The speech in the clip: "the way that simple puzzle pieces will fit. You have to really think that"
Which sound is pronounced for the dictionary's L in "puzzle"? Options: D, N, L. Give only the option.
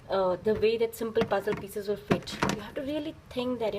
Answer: L